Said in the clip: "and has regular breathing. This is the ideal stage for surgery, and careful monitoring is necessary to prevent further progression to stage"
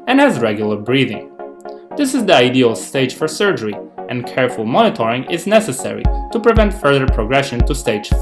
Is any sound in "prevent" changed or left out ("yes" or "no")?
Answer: no